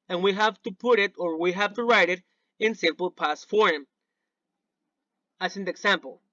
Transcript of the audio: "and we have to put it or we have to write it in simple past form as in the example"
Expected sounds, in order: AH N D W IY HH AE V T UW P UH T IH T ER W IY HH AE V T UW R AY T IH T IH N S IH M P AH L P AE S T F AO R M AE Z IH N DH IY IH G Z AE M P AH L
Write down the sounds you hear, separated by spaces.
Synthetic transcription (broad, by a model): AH N W IY HH AE V T UW P UH T IH T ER W IY HH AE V T UW R AY T IH T IH N S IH M P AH L P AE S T F AO R M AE S IH N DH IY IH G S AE M P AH L